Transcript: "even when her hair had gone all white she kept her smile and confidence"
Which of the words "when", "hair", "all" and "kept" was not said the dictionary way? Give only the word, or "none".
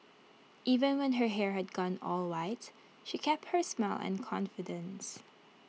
none